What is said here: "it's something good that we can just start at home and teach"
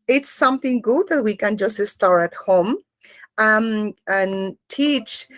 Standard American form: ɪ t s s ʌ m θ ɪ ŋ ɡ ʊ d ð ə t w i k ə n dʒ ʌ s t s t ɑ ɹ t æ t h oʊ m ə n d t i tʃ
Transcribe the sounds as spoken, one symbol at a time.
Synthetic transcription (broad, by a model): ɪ t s s ʌ m θ ɪ ŋ ɡ ʊ d ð ə t w i k ə n dʒ ʌ s t s t ɑ ɹ t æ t h oʊ m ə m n t i tʃ